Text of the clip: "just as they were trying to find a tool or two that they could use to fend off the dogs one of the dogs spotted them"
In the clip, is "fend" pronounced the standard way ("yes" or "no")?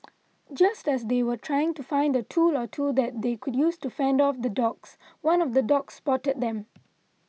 yes